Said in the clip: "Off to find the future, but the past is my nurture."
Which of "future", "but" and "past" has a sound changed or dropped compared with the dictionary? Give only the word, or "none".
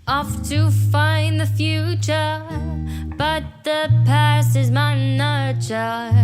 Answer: past